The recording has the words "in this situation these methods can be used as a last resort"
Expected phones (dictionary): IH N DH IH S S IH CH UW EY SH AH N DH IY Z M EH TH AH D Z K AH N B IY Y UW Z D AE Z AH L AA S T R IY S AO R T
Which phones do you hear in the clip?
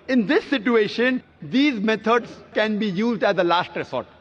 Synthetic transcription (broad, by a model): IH N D IH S S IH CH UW EY SH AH N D IY Z M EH T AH D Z K AH N B IY Y UW Z D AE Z AH L AA S T R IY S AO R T